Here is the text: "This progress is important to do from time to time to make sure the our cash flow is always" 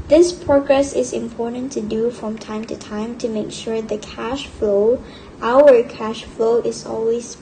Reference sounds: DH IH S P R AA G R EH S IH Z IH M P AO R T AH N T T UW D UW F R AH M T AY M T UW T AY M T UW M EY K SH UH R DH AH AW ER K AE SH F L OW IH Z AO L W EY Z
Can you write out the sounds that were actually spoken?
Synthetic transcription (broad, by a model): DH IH S P R AA G R EH S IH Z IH M P AO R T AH N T T UW D UW F R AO M T AY M T UW T AY M T UW M EY K SH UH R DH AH AW ER K AE SH F L OW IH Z AO L W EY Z